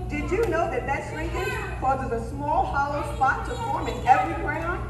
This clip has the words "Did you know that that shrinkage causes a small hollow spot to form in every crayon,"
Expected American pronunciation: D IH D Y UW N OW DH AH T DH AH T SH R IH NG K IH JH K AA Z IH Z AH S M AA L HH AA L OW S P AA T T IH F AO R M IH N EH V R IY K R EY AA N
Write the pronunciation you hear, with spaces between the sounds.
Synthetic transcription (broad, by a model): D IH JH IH N OW DH AH T DH AH T S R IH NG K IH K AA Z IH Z AH S M AA L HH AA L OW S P AA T T IH F AO R M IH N EH V R IY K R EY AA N